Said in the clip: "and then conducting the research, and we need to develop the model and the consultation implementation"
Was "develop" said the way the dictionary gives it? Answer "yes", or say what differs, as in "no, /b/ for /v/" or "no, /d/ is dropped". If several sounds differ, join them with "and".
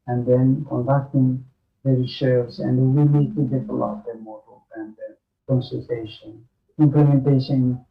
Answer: no, /f/ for /v/